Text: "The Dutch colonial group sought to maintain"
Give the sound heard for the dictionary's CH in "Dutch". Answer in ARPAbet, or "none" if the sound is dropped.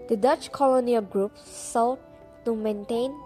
CH